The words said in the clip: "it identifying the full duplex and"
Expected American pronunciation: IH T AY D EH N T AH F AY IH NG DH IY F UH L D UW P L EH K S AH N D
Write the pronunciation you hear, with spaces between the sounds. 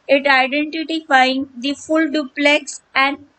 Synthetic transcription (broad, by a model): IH T AY D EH N T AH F AY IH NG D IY F UH L D UW P L EH K S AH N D